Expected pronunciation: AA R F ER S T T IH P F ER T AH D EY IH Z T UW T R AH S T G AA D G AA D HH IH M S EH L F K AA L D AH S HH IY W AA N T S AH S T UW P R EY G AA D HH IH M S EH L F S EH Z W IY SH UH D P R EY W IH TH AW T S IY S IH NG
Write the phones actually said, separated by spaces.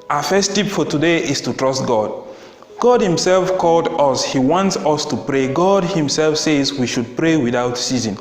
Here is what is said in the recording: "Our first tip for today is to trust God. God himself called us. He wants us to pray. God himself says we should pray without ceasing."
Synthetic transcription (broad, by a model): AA F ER S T T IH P F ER T AH D EY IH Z T UW T R AH S T G AA D G AA D HH IH M S EH L F K AA L D AH S HH IY W AA N T S AH S T UW P R EY G AA D HH IH M S EH L F S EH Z W IY SH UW D P R EY W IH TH AW T S IY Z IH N